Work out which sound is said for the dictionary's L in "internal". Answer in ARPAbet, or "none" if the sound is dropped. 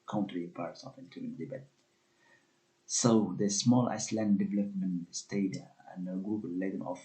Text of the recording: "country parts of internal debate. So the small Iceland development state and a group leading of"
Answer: N